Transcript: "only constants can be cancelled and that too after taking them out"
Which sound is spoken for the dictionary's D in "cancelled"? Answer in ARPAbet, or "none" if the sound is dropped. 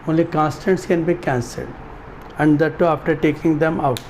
D